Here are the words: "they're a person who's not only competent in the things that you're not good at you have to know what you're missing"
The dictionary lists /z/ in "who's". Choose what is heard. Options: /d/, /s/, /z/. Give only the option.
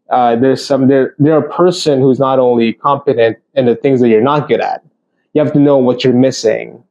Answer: /z/